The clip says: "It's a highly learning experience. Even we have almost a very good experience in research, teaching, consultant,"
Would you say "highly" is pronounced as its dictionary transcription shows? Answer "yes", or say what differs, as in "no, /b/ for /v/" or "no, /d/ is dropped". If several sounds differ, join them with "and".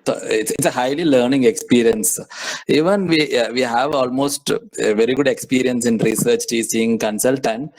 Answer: yes